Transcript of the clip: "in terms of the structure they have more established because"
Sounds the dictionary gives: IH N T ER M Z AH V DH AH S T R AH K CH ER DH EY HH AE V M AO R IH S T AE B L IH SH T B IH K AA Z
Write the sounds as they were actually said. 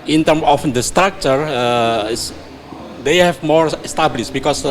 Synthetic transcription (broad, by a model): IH N T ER M AH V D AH S T R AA K CH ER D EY HH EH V M AO R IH S T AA B L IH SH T B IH K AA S